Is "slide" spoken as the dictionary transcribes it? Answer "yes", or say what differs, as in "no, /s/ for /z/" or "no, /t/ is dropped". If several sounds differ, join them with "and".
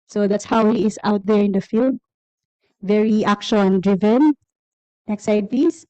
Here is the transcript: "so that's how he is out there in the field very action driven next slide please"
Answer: no, /l/ is dropped